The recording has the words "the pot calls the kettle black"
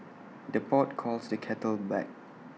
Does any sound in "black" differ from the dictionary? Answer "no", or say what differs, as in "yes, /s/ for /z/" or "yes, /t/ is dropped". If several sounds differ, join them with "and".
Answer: yes, /l/ is dropped